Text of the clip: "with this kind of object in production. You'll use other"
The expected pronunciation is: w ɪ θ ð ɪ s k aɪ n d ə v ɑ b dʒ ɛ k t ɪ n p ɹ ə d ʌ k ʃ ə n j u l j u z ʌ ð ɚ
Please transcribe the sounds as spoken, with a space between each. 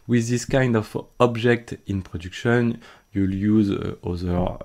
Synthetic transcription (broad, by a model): w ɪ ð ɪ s k aɪ n d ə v ɑ b dʒ ɛ k t ɪ n p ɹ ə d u k ʃ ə n j u l j u z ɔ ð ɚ